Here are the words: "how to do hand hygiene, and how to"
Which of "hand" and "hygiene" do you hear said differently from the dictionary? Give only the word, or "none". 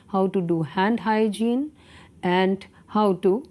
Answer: none